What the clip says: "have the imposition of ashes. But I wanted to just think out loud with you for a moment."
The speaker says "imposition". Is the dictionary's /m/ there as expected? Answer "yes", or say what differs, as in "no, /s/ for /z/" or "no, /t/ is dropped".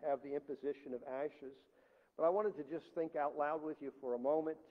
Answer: yes